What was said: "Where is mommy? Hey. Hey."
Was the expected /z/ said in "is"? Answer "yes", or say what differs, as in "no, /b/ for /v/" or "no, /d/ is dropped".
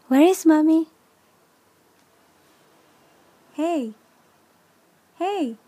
no, /s/ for /z/